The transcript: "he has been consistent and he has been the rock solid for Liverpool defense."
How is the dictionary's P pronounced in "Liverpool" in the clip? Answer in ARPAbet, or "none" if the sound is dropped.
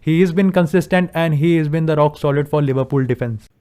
P